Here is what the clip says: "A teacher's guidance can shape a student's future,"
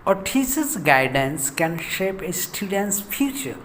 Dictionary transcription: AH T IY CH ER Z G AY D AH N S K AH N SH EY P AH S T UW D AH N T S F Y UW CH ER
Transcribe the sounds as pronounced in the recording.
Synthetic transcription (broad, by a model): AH T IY S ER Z G AY D AH N S K AH N SH EY P AH S T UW D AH N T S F Y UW CH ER